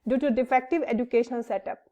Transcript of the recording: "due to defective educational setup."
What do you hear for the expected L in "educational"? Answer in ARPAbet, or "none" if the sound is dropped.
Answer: N